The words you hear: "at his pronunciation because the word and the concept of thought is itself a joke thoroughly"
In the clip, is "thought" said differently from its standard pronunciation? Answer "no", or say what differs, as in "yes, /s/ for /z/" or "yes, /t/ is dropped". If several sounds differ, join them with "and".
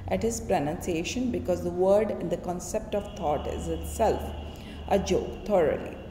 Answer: yes, /t/ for /θ/